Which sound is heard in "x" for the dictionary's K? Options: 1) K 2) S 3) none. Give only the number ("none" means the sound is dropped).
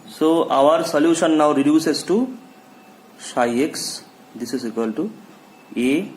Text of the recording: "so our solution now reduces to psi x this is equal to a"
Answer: 1